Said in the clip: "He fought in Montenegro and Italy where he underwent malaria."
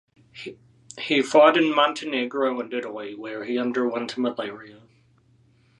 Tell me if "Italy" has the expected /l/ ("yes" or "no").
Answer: no